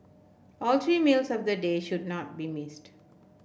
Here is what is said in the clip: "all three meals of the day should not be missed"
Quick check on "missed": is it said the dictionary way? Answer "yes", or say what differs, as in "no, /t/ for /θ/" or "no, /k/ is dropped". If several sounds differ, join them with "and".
yes